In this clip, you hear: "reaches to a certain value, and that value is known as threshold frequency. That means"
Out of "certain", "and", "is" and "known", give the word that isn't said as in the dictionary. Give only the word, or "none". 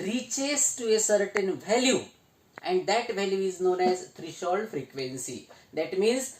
none